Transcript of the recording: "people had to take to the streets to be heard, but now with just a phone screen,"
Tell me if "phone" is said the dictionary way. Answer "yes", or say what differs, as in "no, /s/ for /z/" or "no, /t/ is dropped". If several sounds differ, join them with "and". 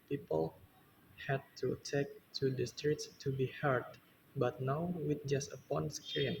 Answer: no, /p/ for /f/